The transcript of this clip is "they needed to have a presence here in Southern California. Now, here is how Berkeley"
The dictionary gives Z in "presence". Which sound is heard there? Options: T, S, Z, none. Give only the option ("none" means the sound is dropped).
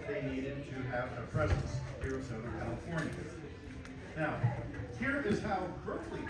Z